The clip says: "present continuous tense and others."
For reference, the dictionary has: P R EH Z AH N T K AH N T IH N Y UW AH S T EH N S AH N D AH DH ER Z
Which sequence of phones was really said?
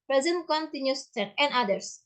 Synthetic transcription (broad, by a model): P R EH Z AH N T K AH N T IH N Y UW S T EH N AH N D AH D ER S